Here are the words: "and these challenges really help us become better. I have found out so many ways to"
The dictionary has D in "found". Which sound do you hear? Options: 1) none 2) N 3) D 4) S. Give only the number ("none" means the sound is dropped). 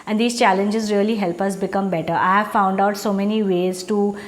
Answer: 3